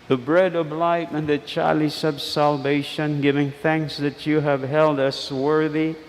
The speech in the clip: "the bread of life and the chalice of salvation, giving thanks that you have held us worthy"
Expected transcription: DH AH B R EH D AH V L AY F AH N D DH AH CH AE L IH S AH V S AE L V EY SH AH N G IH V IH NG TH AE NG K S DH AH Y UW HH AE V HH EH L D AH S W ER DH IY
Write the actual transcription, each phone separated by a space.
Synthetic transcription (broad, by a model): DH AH B R EH D AH V L AY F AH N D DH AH CH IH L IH S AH B S AE L V EY SH AH N G IH V IH NG TH AE NG K S DH AH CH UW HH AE V HH EH L D AH S W ER DH IY